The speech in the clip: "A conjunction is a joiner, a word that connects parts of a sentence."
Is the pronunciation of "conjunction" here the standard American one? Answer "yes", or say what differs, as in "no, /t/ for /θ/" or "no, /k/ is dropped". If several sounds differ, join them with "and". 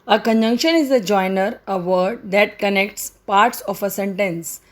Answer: yes